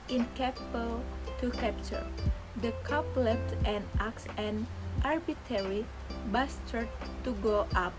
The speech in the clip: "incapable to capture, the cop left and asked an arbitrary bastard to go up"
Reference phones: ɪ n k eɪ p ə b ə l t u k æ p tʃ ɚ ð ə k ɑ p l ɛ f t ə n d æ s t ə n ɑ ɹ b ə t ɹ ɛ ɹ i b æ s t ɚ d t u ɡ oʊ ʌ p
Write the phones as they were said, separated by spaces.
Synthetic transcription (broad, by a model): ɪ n k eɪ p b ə l t u k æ p tʃ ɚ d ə k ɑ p l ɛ t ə n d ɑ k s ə n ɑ ɹ b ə t ɛ ɹ i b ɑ s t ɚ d t u ɡ oʊ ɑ p